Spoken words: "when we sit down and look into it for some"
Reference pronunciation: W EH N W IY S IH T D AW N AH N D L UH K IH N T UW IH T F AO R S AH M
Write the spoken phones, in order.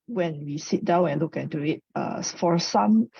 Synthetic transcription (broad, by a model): W EH N W IY S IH T D AW N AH N L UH K IH N T UW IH T F AO R S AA M